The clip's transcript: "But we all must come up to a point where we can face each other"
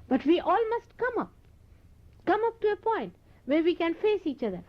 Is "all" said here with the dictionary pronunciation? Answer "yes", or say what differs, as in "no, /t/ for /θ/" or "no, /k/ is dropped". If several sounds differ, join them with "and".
yes